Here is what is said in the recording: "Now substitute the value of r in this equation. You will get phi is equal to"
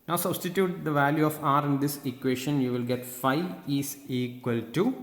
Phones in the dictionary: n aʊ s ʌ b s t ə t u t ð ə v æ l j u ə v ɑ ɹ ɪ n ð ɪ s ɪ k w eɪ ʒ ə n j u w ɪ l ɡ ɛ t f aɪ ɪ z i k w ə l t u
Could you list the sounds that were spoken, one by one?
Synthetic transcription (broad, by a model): n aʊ s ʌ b s t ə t u t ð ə v æ l j u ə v ɑ ɹ ɪ n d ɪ s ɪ k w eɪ ʃ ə n j u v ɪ l ɡ ɛ t f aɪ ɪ s i k w ə l t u